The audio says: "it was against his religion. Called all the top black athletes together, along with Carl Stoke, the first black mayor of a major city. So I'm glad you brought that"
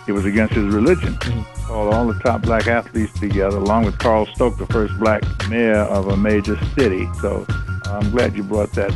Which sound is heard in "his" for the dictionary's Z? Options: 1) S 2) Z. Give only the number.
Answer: 2